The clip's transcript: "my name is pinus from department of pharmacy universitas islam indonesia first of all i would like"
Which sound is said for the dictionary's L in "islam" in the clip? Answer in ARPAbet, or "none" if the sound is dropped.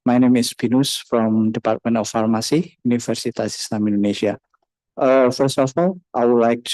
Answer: N